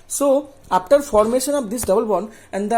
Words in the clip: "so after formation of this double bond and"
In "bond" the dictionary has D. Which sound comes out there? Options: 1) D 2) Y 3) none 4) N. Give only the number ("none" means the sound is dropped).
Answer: 3